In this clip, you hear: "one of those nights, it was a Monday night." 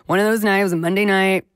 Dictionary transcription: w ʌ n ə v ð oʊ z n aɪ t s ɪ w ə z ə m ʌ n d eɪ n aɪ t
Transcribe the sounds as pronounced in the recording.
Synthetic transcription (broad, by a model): w ʌ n ə v ð oʊ z n aɪ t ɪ w ə z ə m ʌ n d eɪ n aɪ t